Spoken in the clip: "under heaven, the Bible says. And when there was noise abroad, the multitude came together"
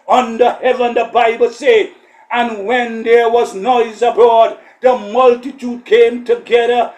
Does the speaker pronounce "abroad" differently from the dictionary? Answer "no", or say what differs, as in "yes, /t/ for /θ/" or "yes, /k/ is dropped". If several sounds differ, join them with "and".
yes, /ɹ/ is dropped